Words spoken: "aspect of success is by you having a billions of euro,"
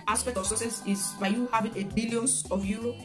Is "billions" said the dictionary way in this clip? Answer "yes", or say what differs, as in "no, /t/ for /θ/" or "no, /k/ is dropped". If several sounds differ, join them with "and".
no, /z/ is dropped